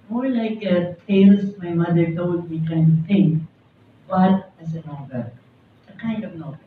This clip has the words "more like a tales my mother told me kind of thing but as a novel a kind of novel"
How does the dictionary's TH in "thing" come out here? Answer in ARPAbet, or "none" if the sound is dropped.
T